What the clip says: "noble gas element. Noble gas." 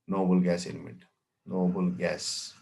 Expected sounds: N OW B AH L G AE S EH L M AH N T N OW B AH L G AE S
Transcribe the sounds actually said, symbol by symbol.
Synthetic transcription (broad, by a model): N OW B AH L G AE S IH N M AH T N OW B AH L G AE S